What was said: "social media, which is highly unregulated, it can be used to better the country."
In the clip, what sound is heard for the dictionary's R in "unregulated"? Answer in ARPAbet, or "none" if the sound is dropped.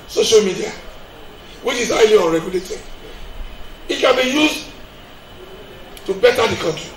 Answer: R